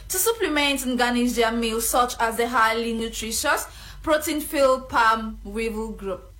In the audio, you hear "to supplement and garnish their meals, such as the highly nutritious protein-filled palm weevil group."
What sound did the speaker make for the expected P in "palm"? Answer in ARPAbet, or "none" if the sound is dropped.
P